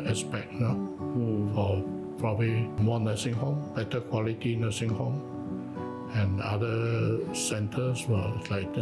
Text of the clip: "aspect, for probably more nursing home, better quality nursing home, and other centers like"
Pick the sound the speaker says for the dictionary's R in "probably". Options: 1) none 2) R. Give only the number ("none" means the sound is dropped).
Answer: 2